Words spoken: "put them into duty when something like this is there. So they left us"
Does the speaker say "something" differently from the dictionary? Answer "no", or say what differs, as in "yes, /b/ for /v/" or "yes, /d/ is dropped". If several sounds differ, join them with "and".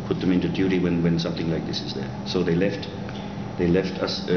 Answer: no